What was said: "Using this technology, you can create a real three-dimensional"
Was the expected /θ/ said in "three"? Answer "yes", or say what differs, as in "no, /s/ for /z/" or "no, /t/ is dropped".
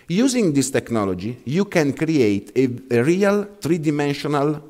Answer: no, /t/ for /θ/